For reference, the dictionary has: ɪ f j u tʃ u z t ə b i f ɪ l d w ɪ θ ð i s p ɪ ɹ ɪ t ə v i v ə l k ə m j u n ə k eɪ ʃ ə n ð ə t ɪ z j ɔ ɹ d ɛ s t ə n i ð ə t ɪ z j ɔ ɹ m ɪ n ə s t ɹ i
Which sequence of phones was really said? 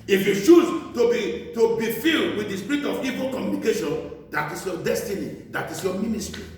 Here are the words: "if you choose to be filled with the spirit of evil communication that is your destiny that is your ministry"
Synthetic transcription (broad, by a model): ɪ f j u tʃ u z t ə b i f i l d w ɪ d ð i s p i ɹ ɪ t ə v i v ə l k ə m j u n ə k eɪ ʃ ə n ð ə t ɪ s j ɔ d ɛ s t ə n i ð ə t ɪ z j ɔ m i n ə s t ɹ i